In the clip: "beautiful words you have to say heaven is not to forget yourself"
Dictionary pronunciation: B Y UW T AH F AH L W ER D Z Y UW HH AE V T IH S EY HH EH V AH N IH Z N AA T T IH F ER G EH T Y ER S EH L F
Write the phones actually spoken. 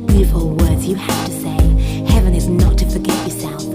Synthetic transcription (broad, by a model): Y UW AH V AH L W ER D Z Y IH HH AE F T IH S EY HH EH V AH N IH Z N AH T T IH F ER G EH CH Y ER S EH L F